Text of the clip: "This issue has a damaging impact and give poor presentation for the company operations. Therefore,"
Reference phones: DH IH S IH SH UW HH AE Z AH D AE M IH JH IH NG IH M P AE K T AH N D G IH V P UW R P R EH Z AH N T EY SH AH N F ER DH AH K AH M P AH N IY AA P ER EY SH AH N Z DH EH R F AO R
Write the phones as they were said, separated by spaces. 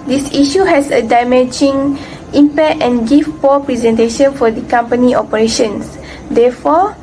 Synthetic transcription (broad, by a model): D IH S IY SH UW HH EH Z AH D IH M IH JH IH NG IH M P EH T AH N G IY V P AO P R EH Z AH N T EY SH AH N F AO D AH K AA M P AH N IY AA P ER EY SH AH N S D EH F AO